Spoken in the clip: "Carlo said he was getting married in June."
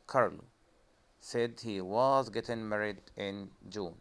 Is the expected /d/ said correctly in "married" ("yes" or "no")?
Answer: yes